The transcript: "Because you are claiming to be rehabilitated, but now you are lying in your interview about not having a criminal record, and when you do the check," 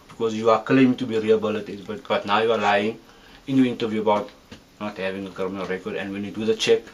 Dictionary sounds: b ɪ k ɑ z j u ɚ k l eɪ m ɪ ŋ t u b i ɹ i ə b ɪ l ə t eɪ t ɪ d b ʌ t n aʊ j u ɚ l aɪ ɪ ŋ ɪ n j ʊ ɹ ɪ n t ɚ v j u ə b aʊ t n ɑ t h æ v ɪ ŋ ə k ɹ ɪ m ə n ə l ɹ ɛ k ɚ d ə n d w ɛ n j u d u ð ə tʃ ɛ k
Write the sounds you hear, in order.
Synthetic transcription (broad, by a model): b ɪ k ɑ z j u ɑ k l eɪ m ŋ t u b i ɹ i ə b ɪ l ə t t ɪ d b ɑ t n aʊ j u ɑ l aɪ ɪ ŋ ɪ n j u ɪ n t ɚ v j u ə b aʊ t n ɑ t h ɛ v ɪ ŋ ə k ɑ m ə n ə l ɹ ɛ k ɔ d ə n d w ɛ n j u d u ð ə tʃ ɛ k